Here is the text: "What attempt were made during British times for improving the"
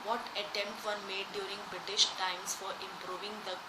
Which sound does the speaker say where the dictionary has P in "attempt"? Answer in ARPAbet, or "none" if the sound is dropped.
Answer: P